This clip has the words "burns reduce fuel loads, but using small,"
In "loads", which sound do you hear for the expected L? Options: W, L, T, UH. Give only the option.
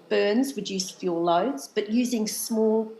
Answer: L